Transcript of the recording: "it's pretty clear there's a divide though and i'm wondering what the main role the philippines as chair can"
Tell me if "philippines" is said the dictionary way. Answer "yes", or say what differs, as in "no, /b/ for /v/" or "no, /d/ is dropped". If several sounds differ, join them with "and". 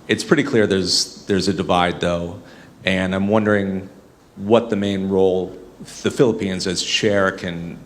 yes